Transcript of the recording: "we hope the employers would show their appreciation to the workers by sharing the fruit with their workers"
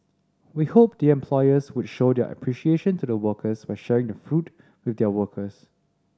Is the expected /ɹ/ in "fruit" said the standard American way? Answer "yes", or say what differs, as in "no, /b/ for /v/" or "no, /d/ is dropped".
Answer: yes